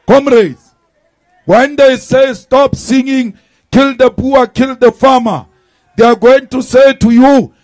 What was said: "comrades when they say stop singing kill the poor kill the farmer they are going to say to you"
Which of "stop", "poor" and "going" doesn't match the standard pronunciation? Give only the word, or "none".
poor